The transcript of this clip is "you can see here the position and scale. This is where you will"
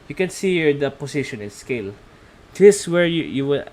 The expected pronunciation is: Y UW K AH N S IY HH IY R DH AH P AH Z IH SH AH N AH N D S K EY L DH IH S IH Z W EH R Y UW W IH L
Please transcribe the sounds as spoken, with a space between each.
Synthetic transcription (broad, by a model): Y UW K AH N S IY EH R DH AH P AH S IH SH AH N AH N S K EY L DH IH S W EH R Y UW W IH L